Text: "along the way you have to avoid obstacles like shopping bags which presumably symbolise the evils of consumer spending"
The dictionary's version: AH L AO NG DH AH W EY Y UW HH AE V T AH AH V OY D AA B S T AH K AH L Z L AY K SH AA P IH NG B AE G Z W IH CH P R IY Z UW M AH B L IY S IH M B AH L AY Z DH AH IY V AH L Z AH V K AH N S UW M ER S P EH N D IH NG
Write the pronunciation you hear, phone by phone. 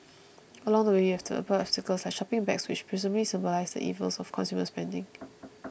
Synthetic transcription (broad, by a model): AH L AO NG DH AH W EY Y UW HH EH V T AH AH P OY AA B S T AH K AH L S L AY K SH AA P IH NG B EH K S W IH CH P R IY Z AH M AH L IY S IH M B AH L AY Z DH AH IY V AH L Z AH F K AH N S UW M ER S P EH N D IH NG